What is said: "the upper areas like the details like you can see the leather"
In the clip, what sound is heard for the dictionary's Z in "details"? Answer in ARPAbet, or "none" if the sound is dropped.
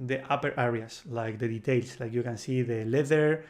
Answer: S